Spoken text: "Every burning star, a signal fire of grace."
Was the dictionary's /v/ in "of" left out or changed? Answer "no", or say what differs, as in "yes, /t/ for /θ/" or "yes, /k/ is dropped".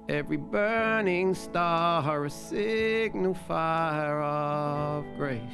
no